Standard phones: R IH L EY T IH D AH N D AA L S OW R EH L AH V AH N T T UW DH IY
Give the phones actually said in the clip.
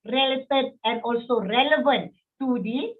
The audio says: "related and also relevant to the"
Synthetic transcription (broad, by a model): R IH L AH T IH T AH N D AA L S OW R EH L AH V AH N T T UW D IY